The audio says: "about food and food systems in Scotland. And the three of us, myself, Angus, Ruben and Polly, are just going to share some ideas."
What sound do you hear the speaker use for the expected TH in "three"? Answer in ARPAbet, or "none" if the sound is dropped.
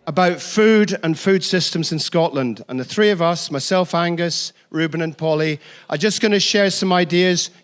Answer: TH